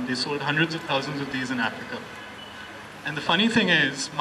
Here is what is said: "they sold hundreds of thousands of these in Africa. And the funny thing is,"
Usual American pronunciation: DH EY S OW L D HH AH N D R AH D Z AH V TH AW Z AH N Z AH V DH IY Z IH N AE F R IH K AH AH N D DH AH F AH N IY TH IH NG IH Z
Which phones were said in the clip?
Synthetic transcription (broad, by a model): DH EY S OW D HH AH N D R AH D Z AH V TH AW Z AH N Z AH V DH IY Z IH N AE F R IH K AH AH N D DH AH F AH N IY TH IH NG IH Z